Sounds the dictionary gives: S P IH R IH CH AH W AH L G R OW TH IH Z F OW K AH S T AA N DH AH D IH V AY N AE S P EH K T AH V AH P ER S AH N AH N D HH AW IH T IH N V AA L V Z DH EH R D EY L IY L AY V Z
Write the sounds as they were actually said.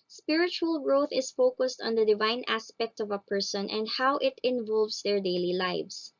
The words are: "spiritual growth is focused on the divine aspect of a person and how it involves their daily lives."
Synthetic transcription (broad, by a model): S P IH R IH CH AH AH L G R OW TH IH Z F OW K AH S T AA N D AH D IH V AY N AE S P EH K T AH V AH P ER S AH N AH N D HH AW IH T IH N V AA L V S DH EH R D EY L IY L AY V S